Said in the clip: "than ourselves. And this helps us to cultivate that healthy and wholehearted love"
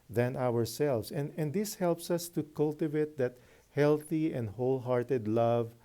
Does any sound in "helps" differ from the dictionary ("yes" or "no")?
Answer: no